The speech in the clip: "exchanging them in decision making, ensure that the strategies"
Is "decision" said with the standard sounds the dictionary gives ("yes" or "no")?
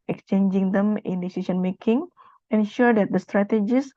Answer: no